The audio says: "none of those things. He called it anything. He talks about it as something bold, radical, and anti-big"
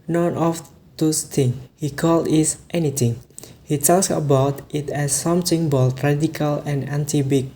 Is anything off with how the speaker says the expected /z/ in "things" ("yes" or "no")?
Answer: yes